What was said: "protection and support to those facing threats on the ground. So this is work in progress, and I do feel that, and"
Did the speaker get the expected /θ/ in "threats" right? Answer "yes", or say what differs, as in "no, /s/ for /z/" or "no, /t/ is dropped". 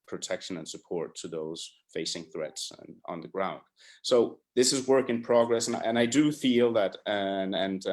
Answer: yes